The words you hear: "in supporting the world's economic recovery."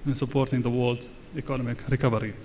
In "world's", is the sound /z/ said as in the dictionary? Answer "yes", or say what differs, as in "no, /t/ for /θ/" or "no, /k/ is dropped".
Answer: no, /z/ is dropped